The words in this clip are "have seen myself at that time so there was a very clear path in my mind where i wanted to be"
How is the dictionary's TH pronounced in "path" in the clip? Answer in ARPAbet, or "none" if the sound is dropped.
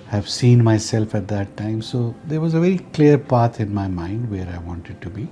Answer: T